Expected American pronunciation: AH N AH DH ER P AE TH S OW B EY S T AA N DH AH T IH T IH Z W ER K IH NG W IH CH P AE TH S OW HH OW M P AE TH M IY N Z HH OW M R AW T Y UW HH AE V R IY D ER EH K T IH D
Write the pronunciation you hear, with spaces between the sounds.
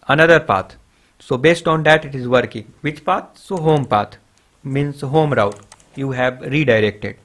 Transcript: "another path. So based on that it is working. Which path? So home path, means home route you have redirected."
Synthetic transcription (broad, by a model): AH N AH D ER P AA T S OW B EY S T AA N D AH T IH T IH Z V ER K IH NG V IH CH P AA T S OW HH OW M P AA T M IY N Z HH OW M R AW T Y UW HH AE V R IY D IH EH K T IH D